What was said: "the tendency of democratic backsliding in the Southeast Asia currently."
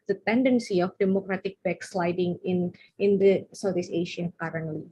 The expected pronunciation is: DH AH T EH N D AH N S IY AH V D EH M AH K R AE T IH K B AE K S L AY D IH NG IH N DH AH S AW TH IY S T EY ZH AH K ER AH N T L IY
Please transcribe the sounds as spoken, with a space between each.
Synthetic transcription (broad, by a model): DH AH T EH N D AH N S IY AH F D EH M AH K R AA T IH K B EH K S L AY D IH NG IH N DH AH S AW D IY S EY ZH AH K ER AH N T L IY